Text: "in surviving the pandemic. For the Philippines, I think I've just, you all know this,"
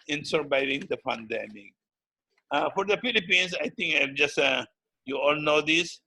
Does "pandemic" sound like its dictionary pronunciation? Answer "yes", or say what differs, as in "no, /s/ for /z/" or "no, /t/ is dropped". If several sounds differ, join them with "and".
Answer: no, /f/ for /p/